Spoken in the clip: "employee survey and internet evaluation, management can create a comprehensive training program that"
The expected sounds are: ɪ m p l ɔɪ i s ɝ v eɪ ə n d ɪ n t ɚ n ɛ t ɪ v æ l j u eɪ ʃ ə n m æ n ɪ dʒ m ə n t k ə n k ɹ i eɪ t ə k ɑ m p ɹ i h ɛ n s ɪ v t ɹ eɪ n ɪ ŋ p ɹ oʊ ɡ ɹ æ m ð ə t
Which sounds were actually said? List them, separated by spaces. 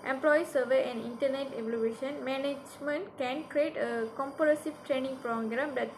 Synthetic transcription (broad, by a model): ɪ m p l ɔɪ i s ɝ v eɪ ə n d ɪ n t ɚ n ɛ t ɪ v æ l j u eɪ ʃ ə n m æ n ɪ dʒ m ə n t k ə n k ɹ i eɪ t ə k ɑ m p i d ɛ s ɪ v t ɹ eɪ n ɪ ŋ p ɹ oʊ ɡ ɹ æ m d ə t